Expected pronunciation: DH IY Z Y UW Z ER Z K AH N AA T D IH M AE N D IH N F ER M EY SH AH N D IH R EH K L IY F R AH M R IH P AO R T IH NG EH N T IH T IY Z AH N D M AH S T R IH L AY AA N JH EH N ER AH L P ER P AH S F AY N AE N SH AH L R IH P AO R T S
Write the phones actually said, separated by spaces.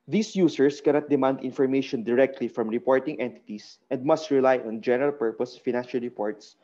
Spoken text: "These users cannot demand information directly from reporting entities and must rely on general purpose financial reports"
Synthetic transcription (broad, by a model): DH IY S Y UW S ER S K AH N AA T D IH M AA N D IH N F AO M EY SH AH N D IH R EH K L IY F R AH M R IH P AO R T IH NG EH N T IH T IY S AH N D M AH S T R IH L AY AA N JH EH N ER AH L P ER P AH S F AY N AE N SH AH L R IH P AO R T S